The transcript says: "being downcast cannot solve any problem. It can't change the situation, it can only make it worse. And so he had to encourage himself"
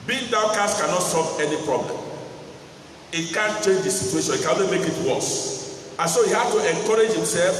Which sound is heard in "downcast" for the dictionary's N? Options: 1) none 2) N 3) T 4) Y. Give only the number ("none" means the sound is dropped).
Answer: 1